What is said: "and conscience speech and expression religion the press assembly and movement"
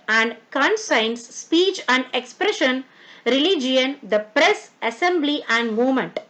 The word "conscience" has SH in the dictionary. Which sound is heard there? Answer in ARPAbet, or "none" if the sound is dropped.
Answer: S